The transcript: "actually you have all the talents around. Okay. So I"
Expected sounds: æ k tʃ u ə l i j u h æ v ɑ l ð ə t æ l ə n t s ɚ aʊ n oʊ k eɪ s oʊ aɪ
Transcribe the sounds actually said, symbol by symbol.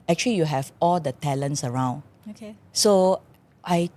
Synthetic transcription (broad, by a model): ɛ k tʃ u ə l i j u h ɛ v ɑ l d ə t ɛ l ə n t s ɚ aʊ n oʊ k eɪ s oʊ aɪ